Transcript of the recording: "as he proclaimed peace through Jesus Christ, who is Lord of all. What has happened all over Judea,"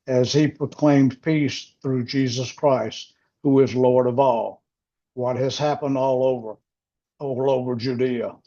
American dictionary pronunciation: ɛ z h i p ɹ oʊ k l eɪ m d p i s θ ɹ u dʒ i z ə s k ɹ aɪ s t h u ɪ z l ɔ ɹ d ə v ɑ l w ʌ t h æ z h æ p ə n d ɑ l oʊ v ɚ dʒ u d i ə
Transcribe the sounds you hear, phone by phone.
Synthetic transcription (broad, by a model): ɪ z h i p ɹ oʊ k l eɪ m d p i s θ ɹ u dʒ i z ə s k ɹ aɪ s t h u ɪ z l ɔ ɹ d ə v ɑ l w ʌ t h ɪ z h æ p ə n d ɑ l oʊ v ɚ dʒ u d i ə